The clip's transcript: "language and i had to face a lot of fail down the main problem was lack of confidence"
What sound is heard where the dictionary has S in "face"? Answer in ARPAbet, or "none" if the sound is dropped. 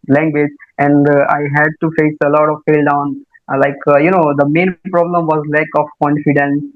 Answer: S